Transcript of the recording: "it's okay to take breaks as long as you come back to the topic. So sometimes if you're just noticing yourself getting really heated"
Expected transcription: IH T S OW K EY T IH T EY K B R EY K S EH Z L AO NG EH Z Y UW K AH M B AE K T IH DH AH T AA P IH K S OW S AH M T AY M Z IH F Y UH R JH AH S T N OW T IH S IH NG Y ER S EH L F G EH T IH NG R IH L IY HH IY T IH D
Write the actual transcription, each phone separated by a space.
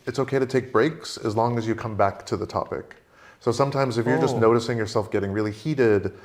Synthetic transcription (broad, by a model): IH T S OW K EY T IH T EY K B R EY K S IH Z L AO NG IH Z Y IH K AH M B AE K T IH DH AH T AA P IH K S OW S AH M T AY M Z IH F Y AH R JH AH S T N OW T IH S IH NG Y ER S EH L F G EH T IH NG R IH L IY HH IY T IH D